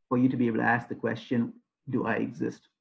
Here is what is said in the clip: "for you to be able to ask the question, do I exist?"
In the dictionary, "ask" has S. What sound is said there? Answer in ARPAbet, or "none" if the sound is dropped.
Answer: S